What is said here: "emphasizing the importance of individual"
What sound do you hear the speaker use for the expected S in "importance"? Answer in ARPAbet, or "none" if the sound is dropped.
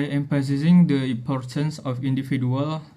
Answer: S